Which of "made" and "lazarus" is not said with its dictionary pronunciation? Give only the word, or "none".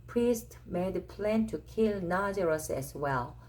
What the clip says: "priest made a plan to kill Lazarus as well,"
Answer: lazarus